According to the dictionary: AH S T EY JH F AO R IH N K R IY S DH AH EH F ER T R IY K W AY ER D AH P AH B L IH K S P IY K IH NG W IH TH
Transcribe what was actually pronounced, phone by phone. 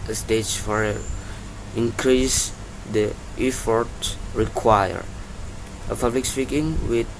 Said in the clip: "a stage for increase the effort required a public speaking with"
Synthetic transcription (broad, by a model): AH S T EY JH F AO R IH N K R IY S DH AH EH F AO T R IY K W AY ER AH P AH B L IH K S P IY K IH NG W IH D